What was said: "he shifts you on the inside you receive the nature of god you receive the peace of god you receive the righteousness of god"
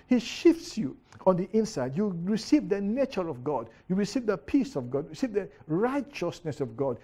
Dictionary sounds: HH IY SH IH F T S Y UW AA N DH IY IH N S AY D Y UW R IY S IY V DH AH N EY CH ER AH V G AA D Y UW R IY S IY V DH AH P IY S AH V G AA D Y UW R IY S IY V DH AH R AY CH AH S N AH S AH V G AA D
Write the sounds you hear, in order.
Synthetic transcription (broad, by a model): HH IY SH IH F T S Y UW AA N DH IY IH N S AY D Y UW R IY S IY V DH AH N EY CH ER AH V G AA D Y UW R IY S IY V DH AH P IY S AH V G AA D R IY S IY V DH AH R AY CH AH S N AH S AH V G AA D